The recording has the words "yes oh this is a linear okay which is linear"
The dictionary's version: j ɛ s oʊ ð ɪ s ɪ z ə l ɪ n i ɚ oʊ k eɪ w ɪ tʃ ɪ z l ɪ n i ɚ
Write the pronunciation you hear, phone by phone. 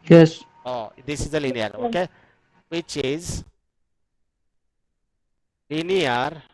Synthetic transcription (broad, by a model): j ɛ s oʊ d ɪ s ɪ z ə l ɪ n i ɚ oʊ k eɪ w ɪ tʃ ɪ z l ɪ n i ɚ